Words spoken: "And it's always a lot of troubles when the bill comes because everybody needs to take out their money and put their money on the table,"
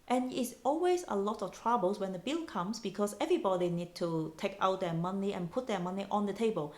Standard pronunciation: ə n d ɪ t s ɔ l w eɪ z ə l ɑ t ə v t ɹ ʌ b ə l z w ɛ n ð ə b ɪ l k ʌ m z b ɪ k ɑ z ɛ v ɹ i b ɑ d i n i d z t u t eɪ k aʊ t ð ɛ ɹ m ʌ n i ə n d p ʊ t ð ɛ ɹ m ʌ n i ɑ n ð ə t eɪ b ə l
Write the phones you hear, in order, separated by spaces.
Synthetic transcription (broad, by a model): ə n ɪ t s ɔ l w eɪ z ə l ɑ t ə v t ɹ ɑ b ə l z w ɛ n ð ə b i l k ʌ m s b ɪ k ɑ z ɛ v ɹ i b ɑ d i n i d t u t eɪ k aʊ t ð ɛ m ʌ n i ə n p ʊ t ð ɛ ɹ m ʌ n i ɑ n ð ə t eɪ b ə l